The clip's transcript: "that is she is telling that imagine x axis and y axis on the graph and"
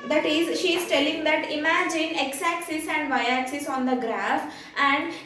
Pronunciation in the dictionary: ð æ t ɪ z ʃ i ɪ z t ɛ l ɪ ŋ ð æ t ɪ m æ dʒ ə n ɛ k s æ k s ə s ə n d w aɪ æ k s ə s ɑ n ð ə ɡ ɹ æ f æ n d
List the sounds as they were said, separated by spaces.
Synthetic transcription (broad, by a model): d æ t ɪ z ʃ i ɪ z t ɛ l ɪ ŋ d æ t ɪ m æ dʒ ə n ɛ k s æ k s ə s ə n d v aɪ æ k s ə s ɑ n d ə ɡ ɹ æ f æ n d